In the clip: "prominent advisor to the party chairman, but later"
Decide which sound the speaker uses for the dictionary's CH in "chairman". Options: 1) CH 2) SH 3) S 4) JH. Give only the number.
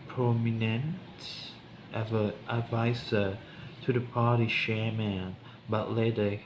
2